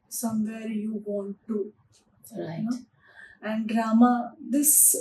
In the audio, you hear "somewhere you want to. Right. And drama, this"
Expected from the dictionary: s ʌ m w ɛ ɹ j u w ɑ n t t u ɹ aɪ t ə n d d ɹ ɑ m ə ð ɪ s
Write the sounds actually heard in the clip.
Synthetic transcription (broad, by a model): s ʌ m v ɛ ɹ j u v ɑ n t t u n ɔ ə n d d ɹ ɑ m ə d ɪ s